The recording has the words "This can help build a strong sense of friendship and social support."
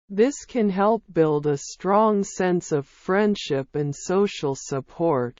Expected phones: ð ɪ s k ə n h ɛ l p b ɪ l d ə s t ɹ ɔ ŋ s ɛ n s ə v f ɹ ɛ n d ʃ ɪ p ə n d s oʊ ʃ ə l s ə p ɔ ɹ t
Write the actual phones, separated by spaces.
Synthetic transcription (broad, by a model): ð ɪ s k ə n h ɛ l p b ɪ l d ə s t ɹ ɔ ŋ s ɛ n s ə v f ɹ ɛ n d ʃ ɪ p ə n s oʊ ʃ l s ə p ɔ ɹ t